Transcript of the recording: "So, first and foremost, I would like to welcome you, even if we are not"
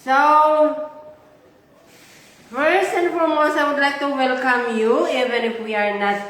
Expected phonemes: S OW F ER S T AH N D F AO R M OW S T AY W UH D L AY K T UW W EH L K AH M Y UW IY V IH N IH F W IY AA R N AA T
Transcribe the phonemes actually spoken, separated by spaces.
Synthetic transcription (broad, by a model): S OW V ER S AH N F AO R M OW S AY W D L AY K T UW W EH L K AH M Y UW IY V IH N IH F W IY AA R N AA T